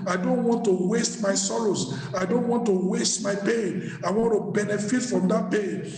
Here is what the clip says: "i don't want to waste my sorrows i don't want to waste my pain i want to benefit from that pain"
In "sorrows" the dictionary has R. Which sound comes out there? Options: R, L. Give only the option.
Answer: L